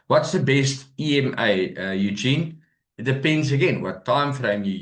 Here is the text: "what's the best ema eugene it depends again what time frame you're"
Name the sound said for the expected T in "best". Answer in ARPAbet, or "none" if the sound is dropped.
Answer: T